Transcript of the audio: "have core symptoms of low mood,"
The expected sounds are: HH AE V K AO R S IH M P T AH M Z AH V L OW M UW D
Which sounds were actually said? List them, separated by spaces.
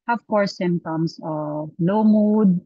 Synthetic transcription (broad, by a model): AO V K AO R S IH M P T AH M S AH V L OW M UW D